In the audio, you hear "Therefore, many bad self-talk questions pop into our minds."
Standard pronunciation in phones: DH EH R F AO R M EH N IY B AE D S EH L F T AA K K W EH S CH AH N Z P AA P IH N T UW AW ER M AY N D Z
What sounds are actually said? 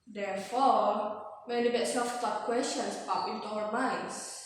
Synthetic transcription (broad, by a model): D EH R F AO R M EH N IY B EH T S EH F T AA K K W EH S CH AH N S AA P IH N T UW AW ER M AY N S